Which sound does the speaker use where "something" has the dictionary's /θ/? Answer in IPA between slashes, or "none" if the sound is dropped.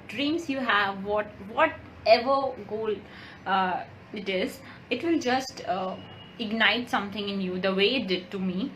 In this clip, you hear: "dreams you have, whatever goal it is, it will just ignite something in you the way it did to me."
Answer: /t/